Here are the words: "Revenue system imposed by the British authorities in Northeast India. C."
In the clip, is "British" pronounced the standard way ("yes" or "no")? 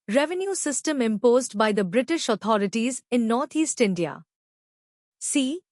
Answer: yes